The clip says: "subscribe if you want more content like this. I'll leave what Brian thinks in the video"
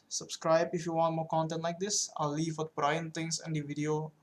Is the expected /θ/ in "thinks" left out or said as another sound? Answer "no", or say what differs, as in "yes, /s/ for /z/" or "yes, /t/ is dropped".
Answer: yes, /t/ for /θ/